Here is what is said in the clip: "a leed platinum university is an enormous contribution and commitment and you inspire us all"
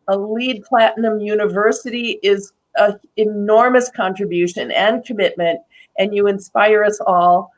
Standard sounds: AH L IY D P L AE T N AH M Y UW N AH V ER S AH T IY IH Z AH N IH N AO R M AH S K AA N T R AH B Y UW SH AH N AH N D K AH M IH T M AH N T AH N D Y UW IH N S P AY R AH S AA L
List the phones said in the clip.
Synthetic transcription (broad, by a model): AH L IY D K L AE T N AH M Y UW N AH V ER S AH T IY IH Z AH IH N AO R M AH S K AA N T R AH B Y UW SH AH N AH N K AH M IH T M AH N T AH N Y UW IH N S P AY R AH S AA L